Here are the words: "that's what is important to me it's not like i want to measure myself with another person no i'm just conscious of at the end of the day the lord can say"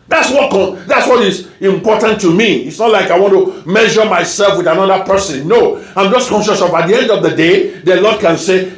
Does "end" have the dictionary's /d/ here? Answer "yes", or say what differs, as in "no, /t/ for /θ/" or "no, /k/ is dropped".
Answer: yes